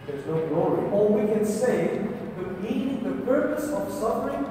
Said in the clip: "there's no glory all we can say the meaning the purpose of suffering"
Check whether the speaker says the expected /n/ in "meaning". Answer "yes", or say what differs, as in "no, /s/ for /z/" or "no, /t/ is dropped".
no, /n/ is dropped